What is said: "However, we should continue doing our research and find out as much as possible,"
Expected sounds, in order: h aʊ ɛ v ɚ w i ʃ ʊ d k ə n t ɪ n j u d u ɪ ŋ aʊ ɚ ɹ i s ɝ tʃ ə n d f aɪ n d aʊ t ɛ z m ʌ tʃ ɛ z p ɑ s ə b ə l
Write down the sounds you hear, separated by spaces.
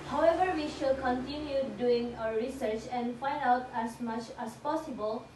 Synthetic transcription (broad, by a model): h aʊ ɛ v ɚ w i ʃ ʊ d k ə n t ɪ n j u d u ɪ ŋ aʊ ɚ ɹ i s ɝ tʃ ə n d f aɪ n d aʊ t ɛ s m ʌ tʃ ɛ s p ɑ s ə b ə l